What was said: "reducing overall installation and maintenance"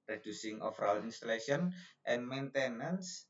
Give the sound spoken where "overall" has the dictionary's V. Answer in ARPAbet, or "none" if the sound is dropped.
F